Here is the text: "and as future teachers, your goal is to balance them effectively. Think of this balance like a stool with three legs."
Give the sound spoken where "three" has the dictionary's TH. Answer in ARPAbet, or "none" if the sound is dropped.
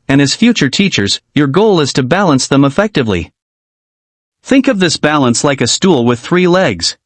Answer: TH